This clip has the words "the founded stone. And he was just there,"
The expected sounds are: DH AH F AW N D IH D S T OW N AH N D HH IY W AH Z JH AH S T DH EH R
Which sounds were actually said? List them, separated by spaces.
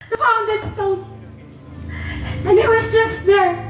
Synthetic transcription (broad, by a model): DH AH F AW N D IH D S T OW L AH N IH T W AH Z JH AH S T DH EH R